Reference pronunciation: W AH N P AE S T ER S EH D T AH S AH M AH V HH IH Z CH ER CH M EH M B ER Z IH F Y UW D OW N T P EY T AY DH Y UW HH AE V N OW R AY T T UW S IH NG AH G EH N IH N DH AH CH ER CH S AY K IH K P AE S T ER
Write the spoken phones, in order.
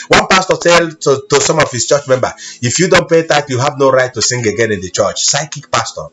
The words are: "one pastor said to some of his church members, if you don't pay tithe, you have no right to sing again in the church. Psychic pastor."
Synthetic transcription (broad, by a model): W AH N P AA S T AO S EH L T AH S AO M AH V HH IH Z CH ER CH M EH M B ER IH F Y UW D OW N T P EY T AY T Y UW HH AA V N OW R AY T T UW S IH NG AH G EH N IH N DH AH CH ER CH S AY K IH K P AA S T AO